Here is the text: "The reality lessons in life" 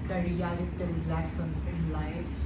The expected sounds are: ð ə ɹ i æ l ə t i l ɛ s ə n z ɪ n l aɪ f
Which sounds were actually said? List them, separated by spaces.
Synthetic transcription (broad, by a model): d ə ɹ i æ l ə t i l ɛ s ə n s ɪ n l aɪ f